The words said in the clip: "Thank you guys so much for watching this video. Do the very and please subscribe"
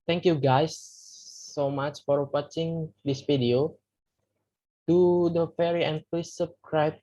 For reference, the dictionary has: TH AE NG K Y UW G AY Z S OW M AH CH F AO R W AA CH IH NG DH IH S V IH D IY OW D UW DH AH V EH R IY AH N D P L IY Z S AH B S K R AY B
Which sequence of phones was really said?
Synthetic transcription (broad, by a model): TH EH NG K Y UW G AY S OW M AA CH F AO R W AA CH IH NG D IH S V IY D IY OW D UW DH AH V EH R IY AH N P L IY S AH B S K R AY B